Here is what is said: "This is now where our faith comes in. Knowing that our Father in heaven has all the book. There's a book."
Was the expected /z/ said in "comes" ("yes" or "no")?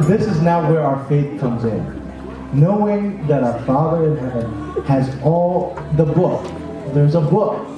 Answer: yes